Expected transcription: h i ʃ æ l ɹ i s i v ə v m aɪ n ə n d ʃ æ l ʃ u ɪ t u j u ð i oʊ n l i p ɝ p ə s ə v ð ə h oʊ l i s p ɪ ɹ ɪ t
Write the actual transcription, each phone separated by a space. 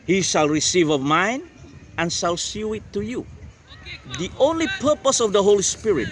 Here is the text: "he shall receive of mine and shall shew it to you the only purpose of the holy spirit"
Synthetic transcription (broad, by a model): h i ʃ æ l ɹ i s i v ə v m aɪ n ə n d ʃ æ l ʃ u ɪ t u j u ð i oʊ n l i p ɝ p ə s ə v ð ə h oʊ l i s p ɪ ɹ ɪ t